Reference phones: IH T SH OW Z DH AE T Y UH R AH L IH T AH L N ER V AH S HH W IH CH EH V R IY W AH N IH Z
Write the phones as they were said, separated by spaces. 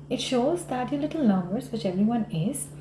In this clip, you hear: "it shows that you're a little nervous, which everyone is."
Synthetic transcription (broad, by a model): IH T SH OW Z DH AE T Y AH L IH T AH L N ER B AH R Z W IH CH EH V R IY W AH N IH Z